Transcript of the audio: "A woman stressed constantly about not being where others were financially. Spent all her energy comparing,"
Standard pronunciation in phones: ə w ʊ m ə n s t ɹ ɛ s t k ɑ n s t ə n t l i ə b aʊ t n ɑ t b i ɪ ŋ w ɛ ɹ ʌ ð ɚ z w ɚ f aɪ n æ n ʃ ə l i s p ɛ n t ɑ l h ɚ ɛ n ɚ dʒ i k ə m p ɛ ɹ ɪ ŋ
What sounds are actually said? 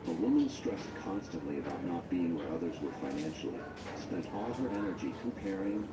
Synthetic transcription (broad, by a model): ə w ʊ m ə n s t ɹ ɛ s t k ɑ n s t ə n t l i ə b aʊ t n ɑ t b i ɪ ŋ w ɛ ɹ ʌ ð ɚ z w ɚ f aɪ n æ n ʃ l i s p ɛ n t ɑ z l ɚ ɛ n ɚ dʒ i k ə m p ɛ ɹ ɪ ŋ